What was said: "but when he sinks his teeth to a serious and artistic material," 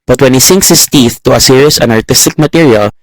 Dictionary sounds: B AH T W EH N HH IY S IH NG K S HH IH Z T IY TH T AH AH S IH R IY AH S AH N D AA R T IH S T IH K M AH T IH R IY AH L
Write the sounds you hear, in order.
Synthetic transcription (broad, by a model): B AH T W EH N HH IY S IH NG K S HH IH S T IY TH T AH AH S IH R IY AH S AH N AA R T IH S T IH K M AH T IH R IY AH L